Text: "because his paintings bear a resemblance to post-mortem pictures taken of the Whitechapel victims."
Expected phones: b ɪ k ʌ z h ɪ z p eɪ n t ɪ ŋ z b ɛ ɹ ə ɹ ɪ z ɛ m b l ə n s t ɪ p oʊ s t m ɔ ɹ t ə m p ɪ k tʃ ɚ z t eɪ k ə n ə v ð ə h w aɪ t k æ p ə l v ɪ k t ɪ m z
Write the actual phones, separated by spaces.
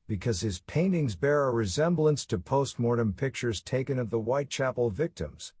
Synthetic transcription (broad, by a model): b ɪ k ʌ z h ɪ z p eɪ n t ɪ ŋ z b ɛ ɹ ə ɹ ɪ z ɛ m b l ə n s t ɪ p oʊ s t m ɔ ɹ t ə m p ɪ k tʃ ɚ z t eɪ k ə n ə v ð ə w aɪ t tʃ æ p l v ɪ k t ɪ m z